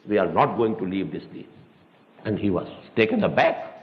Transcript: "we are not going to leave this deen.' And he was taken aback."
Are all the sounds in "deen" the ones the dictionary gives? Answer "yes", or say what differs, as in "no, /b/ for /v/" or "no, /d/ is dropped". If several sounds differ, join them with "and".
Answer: no, /n/ is dropped